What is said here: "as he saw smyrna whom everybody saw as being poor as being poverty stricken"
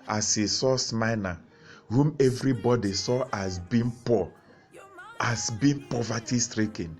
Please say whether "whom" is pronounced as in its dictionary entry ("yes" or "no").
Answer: yes